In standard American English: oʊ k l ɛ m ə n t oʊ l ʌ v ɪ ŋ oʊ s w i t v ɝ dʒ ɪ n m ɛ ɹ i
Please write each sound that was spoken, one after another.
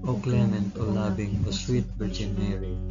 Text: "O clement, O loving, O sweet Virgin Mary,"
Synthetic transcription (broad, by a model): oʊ k l ɛ m ə n t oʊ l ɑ b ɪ ŋ oʊ s w i t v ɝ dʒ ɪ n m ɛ ɹ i